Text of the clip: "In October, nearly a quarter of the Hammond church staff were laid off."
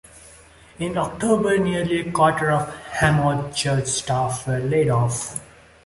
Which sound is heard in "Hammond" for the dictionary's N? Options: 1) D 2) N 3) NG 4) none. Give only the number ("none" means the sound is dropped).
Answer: 4